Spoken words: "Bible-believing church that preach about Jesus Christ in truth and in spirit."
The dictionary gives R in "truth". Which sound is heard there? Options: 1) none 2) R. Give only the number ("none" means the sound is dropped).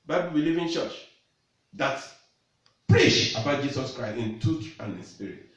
1